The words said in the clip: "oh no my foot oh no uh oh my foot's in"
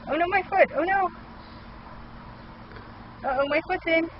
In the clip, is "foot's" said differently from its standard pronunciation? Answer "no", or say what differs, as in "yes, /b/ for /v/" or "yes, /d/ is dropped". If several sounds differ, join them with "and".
yes, /s/ is dropped